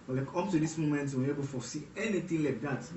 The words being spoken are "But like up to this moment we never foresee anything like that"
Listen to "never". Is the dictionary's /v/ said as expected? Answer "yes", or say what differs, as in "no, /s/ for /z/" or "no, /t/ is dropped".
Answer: no, /b/ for /v/